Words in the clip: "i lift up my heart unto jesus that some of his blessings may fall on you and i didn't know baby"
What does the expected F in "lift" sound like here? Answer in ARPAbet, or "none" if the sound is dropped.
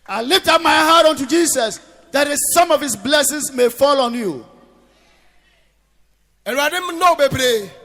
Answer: F